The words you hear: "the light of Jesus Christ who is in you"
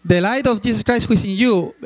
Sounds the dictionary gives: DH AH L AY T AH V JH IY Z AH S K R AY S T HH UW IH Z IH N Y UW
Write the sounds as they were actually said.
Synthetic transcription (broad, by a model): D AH L AY T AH F JH IY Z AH S K R AY S T HH UW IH S IH N Y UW